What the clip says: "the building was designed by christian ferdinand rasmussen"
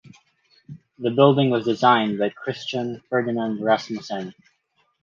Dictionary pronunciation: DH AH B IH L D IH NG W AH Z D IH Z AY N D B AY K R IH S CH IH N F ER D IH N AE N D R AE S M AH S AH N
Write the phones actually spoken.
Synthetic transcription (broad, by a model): DH AH B IH L D IH NG W AH Z D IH Z AY N B AY K R IH S CH IH N F ER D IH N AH N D R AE S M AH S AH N